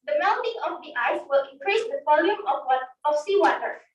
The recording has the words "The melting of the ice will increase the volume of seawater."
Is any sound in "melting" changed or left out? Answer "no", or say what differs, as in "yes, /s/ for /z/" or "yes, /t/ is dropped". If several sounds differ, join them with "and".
yes, /n/ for /l/